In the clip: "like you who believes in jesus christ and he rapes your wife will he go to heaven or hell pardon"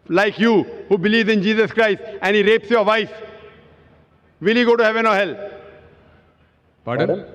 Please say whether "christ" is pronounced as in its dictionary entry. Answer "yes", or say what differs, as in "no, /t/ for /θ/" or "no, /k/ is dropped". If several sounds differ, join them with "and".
yes